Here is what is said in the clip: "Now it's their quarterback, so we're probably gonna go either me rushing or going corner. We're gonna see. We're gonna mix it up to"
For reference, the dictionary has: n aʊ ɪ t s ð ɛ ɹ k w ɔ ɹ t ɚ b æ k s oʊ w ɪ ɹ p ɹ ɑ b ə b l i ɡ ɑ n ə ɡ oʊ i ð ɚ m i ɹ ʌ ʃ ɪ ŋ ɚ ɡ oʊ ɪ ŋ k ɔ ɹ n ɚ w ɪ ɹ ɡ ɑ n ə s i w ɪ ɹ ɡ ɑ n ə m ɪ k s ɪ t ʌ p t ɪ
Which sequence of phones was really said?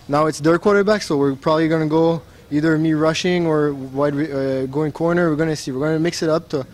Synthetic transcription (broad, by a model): n aʊ ɪ t s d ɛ ɹ k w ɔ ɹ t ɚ b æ k s oʊ w ɪ ɹ p ɹ ɑ b ə b l i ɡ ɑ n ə ɡ oʊ i ð ɚ m i ɹ ʌ ʃ ɪ ŋ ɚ ɡ oʊ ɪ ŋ k ɔ ɹ n ɚ w ɪ ɹ ɡ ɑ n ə s i w ɪ ɹ ɡ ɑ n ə m ɪ k s ɪ t ʌ p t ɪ